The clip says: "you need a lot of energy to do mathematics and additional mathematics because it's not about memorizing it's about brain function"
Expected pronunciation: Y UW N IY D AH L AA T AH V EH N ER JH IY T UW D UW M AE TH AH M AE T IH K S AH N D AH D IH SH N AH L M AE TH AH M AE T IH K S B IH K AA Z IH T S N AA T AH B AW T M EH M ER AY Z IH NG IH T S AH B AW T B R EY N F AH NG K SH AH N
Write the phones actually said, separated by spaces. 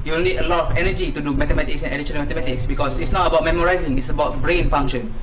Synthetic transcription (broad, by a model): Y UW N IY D AH L AA T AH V EH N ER JH IY T UW D UW M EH T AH M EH T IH K S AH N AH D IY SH AH N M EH T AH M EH T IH K S B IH K AA S IH T S N AA T AH B AW T M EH M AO AY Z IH NG IH T S AH B AW T B R EY N F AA NG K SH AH N